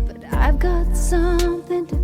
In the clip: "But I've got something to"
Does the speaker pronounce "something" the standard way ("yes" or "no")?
yes